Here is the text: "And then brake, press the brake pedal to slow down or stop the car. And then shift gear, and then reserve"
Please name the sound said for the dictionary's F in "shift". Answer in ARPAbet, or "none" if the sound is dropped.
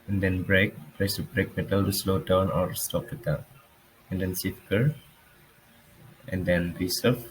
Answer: none